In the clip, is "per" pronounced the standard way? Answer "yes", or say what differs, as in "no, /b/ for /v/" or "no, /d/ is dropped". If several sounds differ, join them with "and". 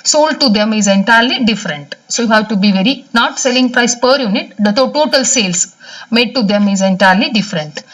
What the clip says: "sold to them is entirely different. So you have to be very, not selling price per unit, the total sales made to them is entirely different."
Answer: yes